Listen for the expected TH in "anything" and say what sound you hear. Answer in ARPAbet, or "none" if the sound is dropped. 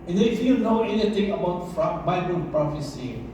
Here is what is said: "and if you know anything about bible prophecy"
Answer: T